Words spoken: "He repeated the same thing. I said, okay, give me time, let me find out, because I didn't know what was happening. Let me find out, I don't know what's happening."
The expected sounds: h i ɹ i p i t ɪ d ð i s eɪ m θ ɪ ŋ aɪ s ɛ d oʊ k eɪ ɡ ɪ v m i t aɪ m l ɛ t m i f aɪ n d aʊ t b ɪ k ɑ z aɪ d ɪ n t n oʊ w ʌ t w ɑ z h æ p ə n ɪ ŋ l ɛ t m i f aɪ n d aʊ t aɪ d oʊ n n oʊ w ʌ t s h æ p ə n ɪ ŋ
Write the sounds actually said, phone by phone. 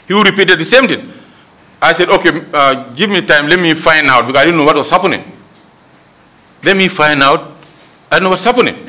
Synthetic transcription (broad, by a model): h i ɹ i p i t ɪ d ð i s eɪ m t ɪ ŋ aɪ s ɛ d oʊ k eɪ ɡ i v m i t aɪ m l ɛ t m i f aɪ n d aʊ t b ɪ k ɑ aɪ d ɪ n n oʊ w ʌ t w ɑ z h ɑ p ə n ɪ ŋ l ɛ t m i f aɪ n d aʊ t aɪ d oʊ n n oʊ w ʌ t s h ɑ p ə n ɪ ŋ